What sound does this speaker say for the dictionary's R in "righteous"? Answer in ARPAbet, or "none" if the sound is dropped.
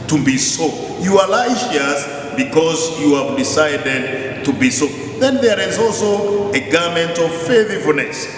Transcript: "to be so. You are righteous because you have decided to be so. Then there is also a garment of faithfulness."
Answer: L